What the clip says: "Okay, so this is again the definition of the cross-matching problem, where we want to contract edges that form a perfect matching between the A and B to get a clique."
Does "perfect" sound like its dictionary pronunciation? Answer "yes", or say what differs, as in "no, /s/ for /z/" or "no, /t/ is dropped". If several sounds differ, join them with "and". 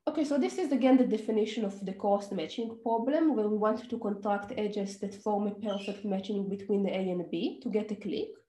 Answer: yes